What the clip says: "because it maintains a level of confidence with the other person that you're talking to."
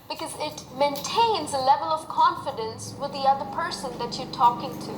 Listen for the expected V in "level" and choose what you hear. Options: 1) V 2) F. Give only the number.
1